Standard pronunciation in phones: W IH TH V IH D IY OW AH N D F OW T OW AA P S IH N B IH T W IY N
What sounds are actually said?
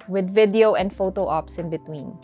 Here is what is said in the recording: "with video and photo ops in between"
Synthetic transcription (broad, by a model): W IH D V IH D IY OW AH N D F OW T OW AA P S IH N B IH T W IY N